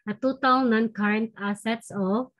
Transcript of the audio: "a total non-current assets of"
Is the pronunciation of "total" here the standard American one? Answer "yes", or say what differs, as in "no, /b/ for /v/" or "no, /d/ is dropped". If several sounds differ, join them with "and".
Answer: no, /w/ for /l/